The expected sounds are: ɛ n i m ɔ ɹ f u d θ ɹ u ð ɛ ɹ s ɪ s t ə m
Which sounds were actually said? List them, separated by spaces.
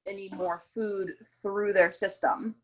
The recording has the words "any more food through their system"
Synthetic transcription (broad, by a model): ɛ n i m ɔ ɹ f u d θ ɹ u ð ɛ ɹ s ɪ s t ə m